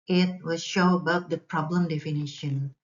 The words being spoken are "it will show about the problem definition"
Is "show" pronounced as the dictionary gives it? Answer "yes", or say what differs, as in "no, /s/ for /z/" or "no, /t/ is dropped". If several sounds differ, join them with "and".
yes